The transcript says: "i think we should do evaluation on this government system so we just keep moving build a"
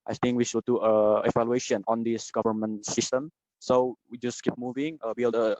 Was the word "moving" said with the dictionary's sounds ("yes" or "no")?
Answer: yes